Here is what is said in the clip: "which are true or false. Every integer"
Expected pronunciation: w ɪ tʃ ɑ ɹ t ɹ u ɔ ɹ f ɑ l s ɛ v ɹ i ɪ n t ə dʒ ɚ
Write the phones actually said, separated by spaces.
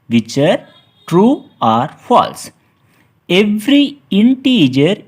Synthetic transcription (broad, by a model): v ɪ tʃ ɑ ɹ t ɹ u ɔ ɹ f ɑ l s ɛ v ɹ i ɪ n t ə dʒ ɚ